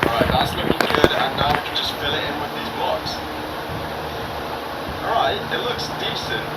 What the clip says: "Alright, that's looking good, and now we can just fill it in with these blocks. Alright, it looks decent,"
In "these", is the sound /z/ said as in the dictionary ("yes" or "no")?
yes